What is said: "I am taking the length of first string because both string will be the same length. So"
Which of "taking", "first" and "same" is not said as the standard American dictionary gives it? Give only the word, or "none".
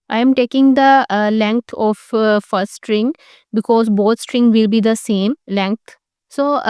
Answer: first